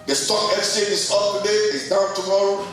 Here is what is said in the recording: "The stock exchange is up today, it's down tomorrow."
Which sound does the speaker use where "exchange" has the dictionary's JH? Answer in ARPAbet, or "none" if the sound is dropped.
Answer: none